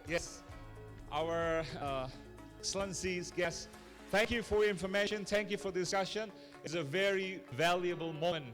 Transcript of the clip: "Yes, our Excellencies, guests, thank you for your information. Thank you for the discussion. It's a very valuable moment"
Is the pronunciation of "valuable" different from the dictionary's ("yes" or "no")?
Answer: no